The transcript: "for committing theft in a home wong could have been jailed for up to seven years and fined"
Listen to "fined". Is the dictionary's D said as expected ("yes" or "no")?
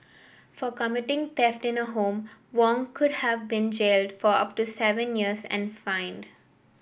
yes